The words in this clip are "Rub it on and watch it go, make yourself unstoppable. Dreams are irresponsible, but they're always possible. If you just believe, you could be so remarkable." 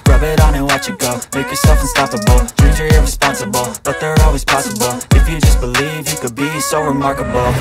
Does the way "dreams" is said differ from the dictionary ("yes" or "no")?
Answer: yes